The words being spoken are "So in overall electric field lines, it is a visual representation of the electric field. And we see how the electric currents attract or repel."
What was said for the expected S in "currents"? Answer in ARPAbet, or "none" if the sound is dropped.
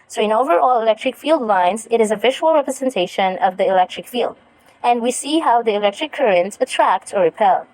none